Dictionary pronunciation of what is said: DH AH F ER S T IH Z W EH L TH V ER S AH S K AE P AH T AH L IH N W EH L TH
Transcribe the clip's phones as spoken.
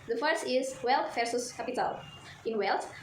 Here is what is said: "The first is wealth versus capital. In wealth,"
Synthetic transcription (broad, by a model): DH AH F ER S IH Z W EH L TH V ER S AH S K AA P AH T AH L IH N W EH L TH